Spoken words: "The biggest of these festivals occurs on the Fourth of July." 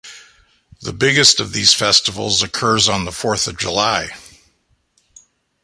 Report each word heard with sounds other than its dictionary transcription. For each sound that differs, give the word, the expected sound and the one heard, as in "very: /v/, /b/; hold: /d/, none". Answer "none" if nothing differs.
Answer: none